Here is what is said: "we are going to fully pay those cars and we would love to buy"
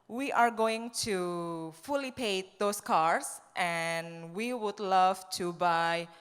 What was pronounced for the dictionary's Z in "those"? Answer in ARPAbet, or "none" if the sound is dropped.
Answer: S